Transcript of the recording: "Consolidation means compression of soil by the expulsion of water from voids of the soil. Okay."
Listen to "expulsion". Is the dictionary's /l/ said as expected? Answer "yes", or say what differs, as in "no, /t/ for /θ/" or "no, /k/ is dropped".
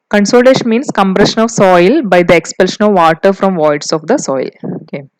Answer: yes